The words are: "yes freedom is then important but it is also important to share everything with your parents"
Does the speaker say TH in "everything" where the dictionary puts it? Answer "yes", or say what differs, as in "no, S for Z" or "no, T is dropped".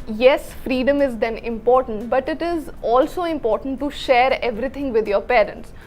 no, T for TH